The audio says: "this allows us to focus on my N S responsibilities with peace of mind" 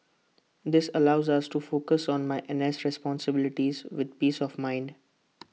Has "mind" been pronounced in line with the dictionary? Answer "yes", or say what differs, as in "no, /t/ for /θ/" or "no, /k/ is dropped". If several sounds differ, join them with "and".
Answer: yes